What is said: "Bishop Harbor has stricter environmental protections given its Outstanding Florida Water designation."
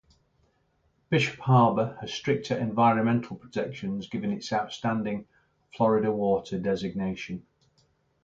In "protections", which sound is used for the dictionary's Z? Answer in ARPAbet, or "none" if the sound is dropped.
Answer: Z